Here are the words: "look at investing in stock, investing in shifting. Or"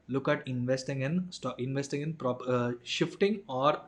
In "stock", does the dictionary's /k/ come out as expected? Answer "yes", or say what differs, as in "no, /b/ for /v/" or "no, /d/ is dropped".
no, /k/ is dropped